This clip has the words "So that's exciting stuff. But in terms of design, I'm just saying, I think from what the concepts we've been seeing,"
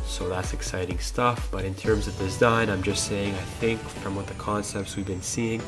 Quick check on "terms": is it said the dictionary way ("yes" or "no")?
yes